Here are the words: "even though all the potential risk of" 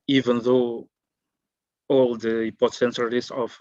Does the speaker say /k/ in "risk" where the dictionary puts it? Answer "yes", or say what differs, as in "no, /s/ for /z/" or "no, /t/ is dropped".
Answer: no, /k/ is dropped